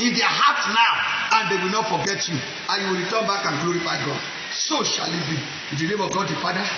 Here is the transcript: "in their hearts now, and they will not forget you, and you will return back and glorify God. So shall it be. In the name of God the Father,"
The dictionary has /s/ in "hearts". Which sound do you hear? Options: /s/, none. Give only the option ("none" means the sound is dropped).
none